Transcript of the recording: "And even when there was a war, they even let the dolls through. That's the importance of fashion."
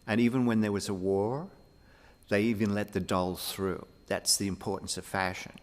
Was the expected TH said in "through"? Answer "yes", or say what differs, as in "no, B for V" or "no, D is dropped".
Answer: yes